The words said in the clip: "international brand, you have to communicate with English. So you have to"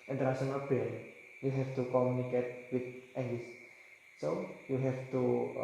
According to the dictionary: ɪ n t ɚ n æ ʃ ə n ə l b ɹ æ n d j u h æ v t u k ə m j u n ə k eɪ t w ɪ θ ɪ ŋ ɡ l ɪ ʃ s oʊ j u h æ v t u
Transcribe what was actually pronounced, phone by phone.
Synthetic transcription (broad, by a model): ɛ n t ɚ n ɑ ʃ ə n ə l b ɛ d j u h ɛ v t u k ə m j u n ə k eɪ t w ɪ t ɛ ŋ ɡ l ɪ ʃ s oʊ j u h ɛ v t u